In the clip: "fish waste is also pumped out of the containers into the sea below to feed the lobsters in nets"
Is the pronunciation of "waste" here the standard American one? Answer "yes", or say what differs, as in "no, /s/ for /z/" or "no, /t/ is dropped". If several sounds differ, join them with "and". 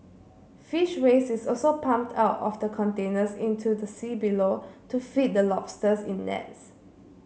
no, /t/ is dropped